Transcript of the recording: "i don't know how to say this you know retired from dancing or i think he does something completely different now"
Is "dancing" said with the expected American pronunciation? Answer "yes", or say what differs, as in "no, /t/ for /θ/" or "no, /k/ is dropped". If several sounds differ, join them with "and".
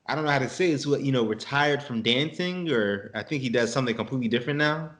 yes